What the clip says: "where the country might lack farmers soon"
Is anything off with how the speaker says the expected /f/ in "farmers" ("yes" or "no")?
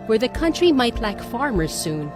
no